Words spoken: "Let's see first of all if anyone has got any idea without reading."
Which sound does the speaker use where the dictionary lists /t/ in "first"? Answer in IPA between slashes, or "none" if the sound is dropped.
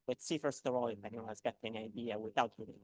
/t/